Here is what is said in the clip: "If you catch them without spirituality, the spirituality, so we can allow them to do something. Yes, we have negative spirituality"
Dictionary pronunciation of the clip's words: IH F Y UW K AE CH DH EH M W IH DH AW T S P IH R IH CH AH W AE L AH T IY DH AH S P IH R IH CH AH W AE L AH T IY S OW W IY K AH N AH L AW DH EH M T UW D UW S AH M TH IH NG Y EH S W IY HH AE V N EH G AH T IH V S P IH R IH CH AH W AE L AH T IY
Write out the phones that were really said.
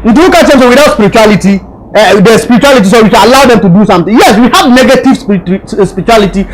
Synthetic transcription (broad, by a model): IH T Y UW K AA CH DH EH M W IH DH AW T S P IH R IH CH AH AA L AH T IY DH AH S P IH R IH CH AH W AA L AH T IY S OW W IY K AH L AH L AW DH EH M T UW D UW S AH M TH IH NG Y EH S W IY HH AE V N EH G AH T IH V S P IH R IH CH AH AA L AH T IY